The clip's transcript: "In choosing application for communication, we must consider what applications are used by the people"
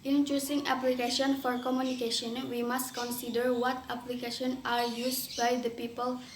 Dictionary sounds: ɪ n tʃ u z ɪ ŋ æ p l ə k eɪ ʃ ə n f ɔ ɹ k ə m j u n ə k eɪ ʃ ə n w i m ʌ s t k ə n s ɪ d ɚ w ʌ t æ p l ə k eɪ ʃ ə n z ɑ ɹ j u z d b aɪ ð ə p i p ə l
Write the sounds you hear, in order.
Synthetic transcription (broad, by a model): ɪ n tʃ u s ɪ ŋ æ p l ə k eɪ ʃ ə n f ɔ ɹ k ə m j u n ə k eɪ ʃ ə n w i m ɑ s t k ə n s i d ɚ w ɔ t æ p l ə k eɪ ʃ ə n ɑ ɹ j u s b aɪ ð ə p i p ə l